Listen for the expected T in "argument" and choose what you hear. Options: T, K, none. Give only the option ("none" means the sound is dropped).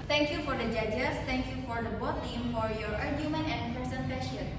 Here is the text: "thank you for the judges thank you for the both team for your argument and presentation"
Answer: none